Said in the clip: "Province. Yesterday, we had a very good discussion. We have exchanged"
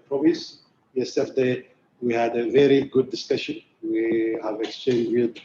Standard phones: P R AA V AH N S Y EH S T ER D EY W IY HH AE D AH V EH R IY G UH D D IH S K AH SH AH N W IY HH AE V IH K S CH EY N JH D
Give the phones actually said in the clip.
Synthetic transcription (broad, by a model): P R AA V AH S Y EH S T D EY W IY HH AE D AH V EH R IY G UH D D IH S K AH SH AH N W IY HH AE V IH K S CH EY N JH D